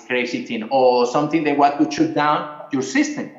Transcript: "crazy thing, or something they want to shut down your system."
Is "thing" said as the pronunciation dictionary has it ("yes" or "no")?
no